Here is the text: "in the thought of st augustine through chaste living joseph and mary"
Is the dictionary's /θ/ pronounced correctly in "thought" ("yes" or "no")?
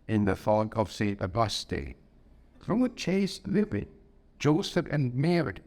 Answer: no